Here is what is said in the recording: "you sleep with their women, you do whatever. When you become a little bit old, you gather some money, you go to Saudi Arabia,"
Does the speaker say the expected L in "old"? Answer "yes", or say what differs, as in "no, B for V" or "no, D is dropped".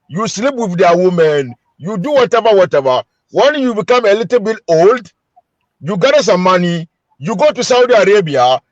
yes